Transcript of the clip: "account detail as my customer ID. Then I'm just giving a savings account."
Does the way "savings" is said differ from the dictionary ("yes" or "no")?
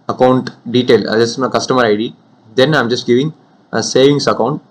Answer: yes